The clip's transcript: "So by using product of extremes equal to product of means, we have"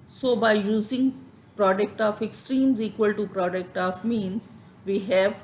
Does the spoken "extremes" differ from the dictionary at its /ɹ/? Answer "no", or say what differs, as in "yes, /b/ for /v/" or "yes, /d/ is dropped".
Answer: no